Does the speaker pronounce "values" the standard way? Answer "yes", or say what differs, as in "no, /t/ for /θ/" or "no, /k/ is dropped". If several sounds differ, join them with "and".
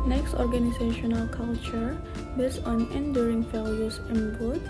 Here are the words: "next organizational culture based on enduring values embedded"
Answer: no, /f/ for /v/